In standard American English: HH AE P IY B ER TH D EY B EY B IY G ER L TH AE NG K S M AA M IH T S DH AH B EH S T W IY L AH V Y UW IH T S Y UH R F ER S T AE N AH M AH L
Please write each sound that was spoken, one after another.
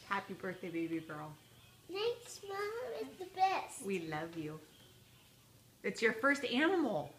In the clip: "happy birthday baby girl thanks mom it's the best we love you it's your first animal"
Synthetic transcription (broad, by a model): HH AE P IY B ER TH D EY B EY B IY G ER L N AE K S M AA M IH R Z DH AH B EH S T W IY L AH V Y UW IH T S Y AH R F ER S T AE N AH M L